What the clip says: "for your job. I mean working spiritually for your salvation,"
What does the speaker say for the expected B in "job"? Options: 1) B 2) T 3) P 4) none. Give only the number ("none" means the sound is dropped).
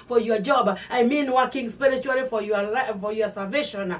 1